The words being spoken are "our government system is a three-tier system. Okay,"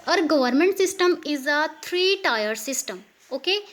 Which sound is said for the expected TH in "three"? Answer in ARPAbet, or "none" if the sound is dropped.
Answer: T